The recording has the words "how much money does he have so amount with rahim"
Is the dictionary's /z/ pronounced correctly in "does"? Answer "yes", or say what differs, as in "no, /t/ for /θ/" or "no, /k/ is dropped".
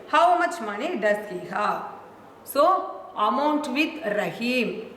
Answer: no, /s/ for /z/